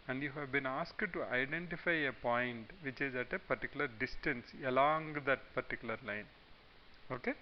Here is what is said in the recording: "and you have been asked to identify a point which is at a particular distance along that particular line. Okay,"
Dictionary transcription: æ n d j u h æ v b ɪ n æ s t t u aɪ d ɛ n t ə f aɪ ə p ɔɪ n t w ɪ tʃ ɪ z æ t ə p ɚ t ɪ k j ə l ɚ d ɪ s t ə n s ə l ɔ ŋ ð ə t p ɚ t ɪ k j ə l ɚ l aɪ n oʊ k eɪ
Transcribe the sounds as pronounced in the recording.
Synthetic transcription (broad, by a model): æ n d j u h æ v b ɪ n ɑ s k t u aɪ d ɛ n t ə f aɪ ə p ɔɪ n t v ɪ tʃ ɪ z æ t ə p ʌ t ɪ k j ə l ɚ d ɪ s t ə n s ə l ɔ ŋ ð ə t p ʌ t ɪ k j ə l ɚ l aɪ n oʊ k eɪ